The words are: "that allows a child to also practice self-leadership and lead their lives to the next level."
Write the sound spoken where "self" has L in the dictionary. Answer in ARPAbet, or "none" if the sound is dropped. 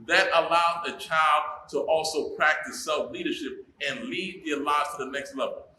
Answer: L